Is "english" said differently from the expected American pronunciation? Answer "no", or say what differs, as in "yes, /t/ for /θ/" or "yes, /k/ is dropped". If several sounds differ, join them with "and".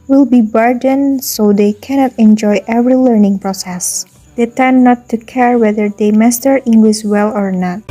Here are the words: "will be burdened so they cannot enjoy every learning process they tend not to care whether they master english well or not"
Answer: yes, /s/ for /ʃ/